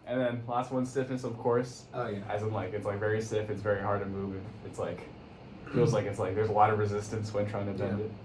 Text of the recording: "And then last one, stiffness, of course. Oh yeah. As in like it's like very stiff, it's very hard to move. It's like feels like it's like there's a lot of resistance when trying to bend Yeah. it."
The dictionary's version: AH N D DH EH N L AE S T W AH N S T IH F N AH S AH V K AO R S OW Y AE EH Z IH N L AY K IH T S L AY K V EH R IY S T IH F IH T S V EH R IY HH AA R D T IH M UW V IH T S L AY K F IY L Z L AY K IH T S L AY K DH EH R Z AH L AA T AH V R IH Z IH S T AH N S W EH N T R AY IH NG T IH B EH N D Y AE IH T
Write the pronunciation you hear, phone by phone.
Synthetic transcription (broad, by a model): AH N DH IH N L AE S T W AH N S T IH F N AH S AH V K AO R S OW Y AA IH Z IH N L AY K IH T S L AY K V EH R IY S T IH F IH T S V EH R IY HH AA R D T IH M UW V IH T S L AY K F IY L Z L AY K IH T S L AY K DH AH R Z AH L AA T AH V R IH Z IH S T AH N S W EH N T R AY IH NG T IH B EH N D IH T